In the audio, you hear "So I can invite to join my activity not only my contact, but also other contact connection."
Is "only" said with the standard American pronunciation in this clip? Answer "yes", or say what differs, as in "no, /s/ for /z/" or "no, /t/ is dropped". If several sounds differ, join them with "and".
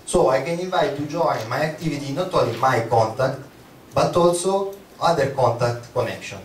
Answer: no, /n/ is dropped